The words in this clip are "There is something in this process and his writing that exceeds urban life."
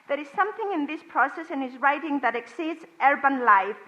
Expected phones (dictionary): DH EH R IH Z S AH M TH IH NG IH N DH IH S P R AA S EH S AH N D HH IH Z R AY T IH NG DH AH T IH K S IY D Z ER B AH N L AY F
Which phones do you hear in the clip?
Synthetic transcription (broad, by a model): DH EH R IH Z S AH M TH IH NG IH N DH IH S P R AA S EH S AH N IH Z R AY T IH NG DH AH T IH K S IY D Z ER B AH N L AY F